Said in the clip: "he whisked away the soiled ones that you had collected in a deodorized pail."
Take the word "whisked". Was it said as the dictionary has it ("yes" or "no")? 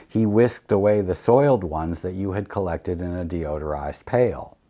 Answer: yes